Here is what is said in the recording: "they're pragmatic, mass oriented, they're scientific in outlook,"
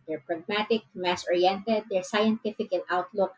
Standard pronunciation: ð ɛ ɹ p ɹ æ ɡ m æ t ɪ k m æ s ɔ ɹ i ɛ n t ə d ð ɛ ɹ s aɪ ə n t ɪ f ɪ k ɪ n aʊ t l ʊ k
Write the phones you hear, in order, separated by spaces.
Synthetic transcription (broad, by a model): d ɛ ɹ p ɹ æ ɡ m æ t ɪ k m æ s ɔ ɹ i ɛ n t ə d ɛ ɹ s aɪ ə n t ɪ f ɪ k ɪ l aʊ t l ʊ k